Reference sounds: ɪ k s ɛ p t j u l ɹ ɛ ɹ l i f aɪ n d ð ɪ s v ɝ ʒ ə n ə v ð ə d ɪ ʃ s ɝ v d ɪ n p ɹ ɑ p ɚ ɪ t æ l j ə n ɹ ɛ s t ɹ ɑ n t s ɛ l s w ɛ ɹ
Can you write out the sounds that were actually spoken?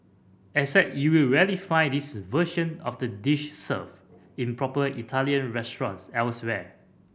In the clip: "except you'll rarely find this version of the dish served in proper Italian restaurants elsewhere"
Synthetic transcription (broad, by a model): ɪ s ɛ t j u l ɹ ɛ l i f aɪ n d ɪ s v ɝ ʃ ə n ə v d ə d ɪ ʃ s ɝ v ɪ n p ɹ ɑ p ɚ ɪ t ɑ l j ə n ɹ ɛ s t ɹ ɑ n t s ɛ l s w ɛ